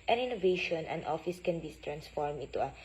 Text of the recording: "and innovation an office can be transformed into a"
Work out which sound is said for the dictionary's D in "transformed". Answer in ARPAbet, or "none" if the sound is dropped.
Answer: none